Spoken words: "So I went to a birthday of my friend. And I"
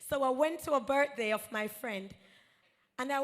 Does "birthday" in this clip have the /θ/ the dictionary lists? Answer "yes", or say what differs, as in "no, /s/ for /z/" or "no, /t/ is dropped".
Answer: no, /t/ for /θ/